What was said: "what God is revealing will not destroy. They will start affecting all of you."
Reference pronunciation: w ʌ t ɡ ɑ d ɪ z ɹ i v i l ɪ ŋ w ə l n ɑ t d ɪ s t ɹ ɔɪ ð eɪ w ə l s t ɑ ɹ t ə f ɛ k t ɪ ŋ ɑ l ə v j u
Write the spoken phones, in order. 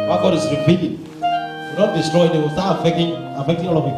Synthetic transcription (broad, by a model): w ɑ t ɡ ɑ d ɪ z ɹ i p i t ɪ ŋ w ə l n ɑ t d ɪ s t ɹ ɔɪ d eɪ w ə l s t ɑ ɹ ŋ ə f ɛ k t ɪ ŋ ɑ l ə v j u